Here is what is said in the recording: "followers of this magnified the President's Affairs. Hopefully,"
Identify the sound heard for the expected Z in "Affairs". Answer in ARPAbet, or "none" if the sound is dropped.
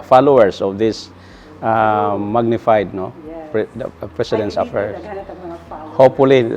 none